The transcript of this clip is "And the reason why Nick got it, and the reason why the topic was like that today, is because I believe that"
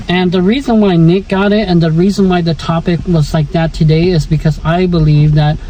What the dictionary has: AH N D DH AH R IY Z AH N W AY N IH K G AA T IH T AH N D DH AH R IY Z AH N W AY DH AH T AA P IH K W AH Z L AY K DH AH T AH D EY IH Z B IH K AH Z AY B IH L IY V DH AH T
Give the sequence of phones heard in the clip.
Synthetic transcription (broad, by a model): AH N DH AH R IY Z AH N W AY N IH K G AA T IH T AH N DH AH R IY Z AH N W AY DH AH T AA P IH K W AH Z L AY K DH AH T AH D EY IH Z B IH K AH Z AY B IH L IY V DH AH T